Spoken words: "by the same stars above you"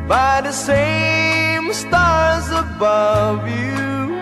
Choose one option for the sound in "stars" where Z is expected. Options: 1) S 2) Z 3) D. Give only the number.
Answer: 2